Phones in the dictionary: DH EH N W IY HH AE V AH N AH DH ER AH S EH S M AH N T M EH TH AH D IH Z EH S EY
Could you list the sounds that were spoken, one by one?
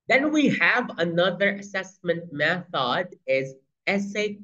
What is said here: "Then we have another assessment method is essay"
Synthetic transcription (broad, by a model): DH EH N W IY HH AE V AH N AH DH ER AH S EH S M AH N T M EH TH AH D IH Z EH S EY